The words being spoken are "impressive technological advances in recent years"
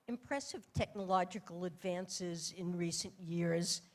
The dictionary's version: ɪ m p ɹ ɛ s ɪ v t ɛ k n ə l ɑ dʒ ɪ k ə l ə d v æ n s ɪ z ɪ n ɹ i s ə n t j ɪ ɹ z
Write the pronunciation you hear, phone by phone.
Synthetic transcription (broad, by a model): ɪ m p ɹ ɛ s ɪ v t ɛ k n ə l ɑ dʒ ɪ k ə l ə d v æ n s ɪ z ɪ n ɹ i s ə n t j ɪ ɹ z